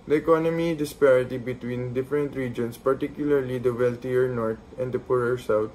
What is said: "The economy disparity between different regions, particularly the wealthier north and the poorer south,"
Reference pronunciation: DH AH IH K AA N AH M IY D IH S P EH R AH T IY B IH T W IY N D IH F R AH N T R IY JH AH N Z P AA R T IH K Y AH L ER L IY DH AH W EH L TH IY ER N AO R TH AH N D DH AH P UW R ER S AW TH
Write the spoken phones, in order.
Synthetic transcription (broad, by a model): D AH IH K AA N AH M IY D IH S P EH R AH T IY B IH T W IY N D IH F R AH N T R IY JH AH N S P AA R T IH K Y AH L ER L IY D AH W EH L T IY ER N AO R T AH N D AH P UW R ER S AW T